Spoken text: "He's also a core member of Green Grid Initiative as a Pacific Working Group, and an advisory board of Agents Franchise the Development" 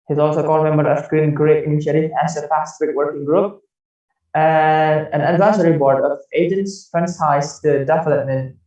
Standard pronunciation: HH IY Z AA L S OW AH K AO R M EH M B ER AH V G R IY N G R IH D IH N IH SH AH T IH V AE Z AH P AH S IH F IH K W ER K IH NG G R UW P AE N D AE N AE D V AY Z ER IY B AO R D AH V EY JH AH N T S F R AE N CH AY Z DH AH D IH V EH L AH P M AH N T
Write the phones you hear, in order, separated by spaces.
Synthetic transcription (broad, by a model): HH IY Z AA L S OW K AO L M EH M B ER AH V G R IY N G R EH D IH N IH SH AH T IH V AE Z AH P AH S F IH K W ER K IH NG G R UW P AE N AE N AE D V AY S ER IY B AO R D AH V EY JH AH N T S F R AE N S AY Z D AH D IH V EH L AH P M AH N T